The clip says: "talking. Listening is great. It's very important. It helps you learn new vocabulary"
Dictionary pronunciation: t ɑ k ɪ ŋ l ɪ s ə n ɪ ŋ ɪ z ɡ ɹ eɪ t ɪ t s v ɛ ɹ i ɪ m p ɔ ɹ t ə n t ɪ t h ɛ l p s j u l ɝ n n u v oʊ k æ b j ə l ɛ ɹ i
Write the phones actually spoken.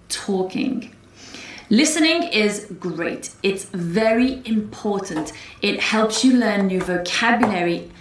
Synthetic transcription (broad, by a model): t ɑ k ɪ ŋ l ɪ s ə n ɪ ŋ ɪ z ɡ ɹ eɪ t ɪ t s v ɛ ɹ i ɪ m p ɔ t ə n t ɪ t h ɛ l p s j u l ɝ n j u v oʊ k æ b j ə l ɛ ɹ i